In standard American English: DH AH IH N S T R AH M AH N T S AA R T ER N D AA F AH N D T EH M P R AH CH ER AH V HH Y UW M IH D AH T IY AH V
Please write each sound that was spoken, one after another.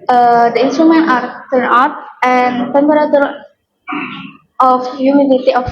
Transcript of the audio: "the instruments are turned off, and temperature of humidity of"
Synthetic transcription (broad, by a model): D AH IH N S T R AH M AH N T AA R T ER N AA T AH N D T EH M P R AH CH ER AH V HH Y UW M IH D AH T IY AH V